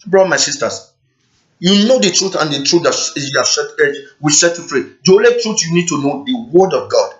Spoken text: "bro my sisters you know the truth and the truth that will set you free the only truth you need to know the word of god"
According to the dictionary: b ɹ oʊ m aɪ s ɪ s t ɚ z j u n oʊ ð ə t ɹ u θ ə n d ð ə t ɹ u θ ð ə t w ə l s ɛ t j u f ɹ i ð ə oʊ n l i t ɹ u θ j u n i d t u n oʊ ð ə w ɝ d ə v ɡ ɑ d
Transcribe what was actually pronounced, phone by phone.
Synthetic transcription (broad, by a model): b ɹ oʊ m aɪ s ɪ s t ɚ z j u n oʊ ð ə t ɹ u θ ə n d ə t ɹ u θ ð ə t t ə w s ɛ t j u f ɹ i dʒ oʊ l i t ɹ u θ j u n i d t u n oʊ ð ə w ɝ d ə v ɡ ɑ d